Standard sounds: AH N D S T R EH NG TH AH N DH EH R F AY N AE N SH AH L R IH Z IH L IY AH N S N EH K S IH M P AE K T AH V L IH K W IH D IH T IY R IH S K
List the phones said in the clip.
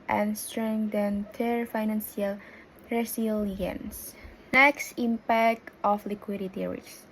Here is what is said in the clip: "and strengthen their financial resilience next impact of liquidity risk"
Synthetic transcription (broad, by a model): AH N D S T R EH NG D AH N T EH R F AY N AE N S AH L R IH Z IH L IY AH N S N EH K S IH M P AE K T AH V L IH K W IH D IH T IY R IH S